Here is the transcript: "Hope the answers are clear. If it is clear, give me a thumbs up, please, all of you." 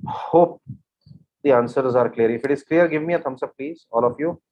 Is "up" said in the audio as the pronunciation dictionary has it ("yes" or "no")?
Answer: no